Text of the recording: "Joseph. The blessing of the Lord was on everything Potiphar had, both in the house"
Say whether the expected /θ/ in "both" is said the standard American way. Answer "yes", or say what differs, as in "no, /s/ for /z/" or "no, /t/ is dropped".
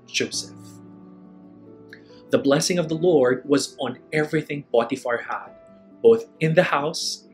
yes